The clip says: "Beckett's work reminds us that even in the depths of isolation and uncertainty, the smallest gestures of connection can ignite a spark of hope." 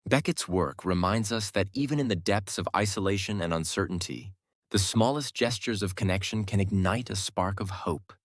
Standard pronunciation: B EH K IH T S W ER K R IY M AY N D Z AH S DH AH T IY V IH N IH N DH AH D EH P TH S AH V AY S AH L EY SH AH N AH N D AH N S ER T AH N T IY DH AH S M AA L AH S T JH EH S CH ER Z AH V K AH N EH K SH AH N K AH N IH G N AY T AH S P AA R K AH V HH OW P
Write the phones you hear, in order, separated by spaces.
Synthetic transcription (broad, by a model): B EH K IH T S W ER K R IY M AY N D Z AH S DH AH T IY V IH N IH N DH AH D EH P TH S AH V AY S AH L EY SH AH N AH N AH N S ER T N T IY DH AH S M AA L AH S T JH EH S CH ER Z AH V K AH N EH K SH AH N K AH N IH G N AY T AH S P AA R K AH V HH OW P